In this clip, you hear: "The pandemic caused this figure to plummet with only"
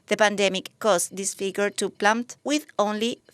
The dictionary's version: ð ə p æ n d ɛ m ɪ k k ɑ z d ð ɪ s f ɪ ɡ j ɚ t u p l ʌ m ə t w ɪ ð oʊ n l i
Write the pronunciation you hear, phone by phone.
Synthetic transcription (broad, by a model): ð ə p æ n d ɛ m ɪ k k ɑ s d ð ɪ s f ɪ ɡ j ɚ t u p l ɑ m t w ɪ ð oʊ n l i